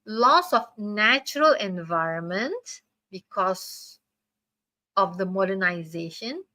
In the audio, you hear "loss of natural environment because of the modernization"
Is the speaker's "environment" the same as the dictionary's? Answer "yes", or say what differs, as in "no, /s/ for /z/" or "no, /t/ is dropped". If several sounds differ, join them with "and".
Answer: yes